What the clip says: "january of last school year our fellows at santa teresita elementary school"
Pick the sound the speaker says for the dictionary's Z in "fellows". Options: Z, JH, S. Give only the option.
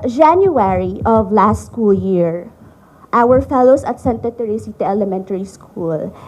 S